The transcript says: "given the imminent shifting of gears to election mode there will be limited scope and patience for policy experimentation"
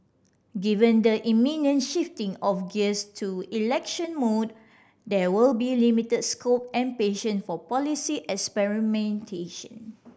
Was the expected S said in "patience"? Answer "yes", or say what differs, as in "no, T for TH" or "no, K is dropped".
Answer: no, S is dropped